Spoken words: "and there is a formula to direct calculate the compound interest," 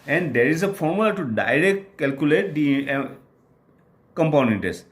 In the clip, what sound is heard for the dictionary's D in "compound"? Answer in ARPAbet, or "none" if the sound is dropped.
none